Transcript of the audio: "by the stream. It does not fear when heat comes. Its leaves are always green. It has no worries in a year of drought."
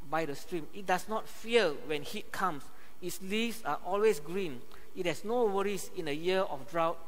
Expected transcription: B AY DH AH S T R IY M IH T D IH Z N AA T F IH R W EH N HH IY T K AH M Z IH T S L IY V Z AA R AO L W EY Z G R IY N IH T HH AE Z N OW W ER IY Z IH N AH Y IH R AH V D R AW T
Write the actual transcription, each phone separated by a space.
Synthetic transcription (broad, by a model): B AY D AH S T R IY M IH T D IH S N AA T F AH L W EH N HH IY T K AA M S IH T S L IY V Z AA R AO L W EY S G R IY N IH T HH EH S N OW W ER IY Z IH N AH Y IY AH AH F D R AW T